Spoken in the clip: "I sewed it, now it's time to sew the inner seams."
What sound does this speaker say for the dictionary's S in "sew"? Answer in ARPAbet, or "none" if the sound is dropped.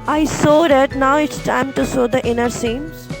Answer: S